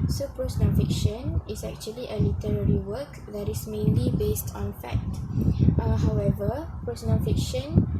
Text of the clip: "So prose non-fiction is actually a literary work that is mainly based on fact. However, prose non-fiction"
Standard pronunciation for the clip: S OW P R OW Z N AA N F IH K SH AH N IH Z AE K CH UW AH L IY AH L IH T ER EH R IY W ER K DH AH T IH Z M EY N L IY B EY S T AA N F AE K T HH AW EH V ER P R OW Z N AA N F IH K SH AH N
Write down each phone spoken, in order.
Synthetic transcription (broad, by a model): S OW P R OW S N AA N F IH K SH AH N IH S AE K CH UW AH L IY AH L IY T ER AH R IY W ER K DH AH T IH S M EY N L IY B EY S T AA N F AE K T HH AW EH V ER P R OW S N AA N F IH K SH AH N